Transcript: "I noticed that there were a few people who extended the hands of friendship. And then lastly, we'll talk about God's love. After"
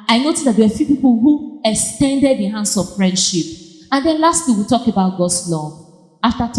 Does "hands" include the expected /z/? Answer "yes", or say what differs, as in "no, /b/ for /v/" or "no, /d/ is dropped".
no, /s/ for /z/